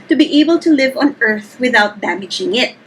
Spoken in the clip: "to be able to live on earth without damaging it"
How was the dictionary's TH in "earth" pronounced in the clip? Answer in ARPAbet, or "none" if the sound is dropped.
TH